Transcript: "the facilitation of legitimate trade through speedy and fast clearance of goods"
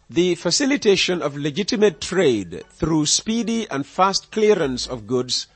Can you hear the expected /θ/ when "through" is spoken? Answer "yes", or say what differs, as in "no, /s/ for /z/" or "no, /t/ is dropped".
yes